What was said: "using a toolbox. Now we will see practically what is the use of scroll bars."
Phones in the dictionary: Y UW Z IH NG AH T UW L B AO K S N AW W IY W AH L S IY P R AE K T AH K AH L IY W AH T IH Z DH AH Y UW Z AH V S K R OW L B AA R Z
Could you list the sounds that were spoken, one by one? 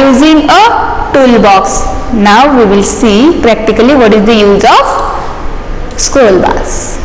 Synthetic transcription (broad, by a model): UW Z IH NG AH T UW L B AO K S N AW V IY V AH L S IY P R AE K T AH K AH L IY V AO T IH Z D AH Y UW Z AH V S K OW L B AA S